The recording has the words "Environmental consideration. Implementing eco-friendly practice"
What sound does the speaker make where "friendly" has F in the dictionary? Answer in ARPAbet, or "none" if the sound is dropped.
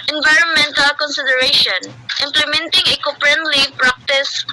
P